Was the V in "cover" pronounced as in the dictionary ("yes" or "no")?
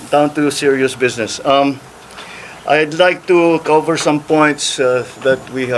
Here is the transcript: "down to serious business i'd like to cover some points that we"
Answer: yes